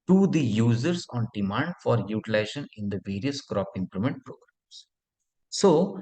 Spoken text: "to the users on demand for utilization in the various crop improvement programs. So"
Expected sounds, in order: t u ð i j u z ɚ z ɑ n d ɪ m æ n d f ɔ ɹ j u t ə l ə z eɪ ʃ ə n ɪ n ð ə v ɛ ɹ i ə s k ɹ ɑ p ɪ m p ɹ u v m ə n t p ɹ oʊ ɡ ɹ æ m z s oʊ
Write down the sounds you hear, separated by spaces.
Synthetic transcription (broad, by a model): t u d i j u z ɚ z ɑ n d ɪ m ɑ n d f ɔ ɹ j u t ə l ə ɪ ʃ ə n ɪ n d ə v ɛ ɹ i ə s k ɹ ɑ p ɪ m p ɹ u m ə n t p ɹ oʊ ɡ ɹ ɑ m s s oʊ